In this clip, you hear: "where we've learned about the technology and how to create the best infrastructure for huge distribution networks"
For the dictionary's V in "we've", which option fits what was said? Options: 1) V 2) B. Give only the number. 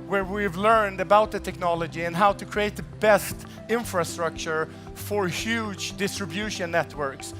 1